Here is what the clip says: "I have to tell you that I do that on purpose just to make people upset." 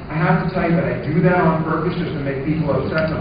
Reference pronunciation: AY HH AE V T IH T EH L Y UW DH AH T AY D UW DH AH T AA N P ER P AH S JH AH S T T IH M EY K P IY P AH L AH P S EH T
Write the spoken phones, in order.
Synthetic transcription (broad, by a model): AY HH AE F T IH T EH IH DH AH T AY D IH DH AH T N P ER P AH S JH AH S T T IH M EY K P IY P L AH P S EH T